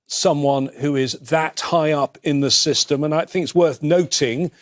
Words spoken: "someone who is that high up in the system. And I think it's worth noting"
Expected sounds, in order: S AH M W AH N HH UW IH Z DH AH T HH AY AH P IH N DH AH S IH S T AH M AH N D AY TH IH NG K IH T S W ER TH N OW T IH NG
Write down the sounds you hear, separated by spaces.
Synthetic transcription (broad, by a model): S AH M W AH N HH UW IH Z DH AH T HH AY AH P IH N DH AH S IH S T AH M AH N AY TH IH NG K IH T S W ER TH N OW T IH NG